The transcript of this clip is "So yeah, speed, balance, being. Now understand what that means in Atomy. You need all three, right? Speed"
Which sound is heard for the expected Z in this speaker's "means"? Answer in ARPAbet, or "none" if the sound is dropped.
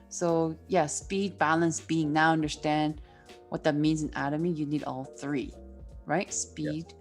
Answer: Z